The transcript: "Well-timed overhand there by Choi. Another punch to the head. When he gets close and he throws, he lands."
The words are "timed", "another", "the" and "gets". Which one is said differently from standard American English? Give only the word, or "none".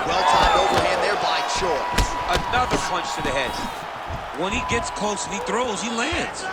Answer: timed